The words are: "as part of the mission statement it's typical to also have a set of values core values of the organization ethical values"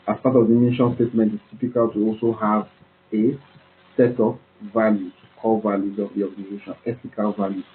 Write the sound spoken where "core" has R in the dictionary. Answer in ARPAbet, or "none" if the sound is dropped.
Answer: L